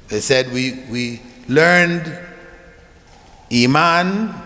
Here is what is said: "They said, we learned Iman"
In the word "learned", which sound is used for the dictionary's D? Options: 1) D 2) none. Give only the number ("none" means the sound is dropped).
1